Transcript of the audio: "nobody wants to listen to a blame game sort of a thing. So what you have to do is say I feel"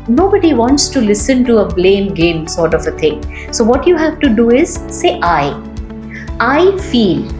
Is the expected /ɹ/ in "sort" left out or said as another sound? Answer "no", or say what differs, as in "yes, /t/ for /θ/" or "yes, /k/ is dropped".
no